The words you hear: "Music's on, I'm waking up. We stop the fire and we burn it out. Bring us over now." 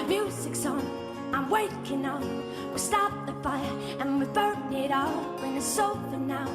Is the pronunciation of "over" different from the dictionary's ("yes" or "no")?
yes